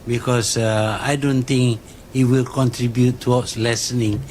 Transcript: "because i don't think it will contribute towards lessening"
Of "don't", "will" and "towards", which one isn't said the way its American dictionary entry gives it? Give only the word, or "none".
towards